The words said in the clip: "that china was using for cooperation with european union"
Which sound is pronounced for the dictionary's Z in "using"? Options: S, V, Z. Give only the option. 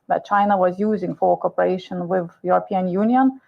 Z